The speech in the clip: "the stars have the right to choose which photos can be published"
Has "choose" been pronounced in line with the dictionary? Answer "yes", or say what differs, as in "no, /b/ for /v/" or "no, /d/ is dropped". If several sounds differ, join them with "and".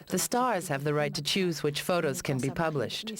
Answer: yes